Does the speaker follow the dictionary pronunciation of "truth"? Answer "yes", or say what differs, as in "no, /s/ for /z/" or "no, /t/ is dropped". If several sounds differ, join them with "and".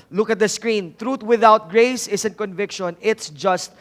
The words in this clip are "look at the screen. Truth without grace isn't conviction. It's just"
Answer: no, /t/ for /θ/